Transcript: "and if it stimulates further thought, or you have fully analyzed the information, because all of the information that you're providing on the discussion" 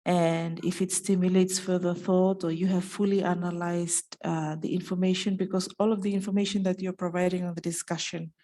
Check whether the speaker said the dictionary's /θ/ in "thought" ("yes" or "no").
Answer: yes